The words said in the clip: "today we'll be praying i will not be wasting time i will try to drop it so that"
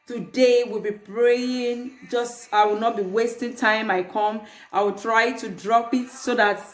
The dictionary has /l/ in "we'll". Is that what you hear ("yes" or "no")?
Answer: yes